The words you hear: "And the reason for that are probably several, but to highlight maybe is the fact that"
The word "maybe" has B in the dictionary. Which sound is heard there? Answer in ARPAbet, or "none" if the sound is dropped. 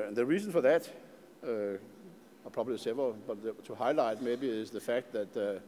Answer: B